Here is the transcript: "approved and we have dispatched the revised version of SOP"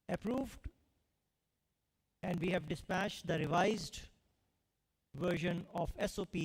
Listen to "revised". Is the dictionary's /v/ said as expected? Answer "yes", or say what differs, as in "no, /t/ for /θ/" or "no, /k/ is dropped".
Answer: yes